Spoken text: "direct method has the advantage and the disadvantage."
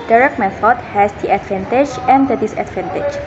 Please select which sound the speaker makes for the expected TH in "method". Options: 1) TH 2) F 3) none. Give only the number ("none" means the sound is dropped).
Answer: 2